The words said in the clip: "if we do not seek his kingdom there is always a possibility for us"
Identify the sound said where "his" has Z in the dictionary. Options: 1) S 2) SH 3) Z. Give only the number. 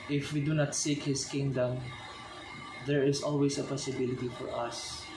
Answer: 1